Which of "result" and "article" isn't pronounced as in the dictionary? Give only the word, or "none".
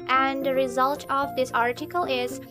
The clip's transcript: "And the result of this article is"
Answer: none